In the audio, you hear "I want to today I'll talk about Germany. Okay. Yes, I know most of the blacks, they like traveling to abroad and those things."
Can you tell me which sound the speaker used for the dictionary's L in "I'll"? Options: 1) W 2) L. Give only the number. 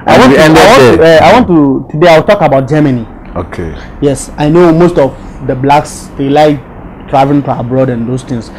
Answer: 1